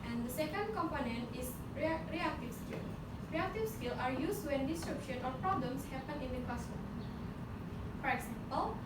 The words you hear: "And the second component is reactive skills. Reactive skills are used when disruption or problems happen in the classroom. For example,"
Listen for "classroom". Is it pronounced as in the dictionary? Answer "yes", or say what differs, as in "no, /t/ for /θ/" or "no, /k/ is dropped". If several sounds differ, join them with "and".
no, /ɹ/ is dropped